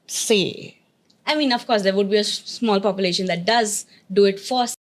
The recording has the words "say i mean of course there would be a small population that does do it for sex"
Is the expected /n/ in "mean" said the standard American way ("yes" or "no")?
yes